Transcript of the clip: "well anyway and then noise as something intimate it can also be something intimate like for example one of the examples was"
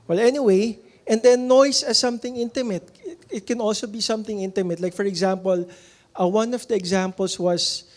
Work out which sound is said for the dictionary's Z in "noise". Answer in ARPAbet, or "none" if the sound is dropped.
S